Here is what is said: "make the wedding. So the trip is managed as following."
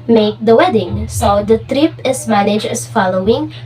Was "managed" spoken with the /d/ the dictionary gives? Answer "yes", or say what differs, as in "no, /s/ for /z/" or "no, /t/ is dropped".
no, /d/ is dropped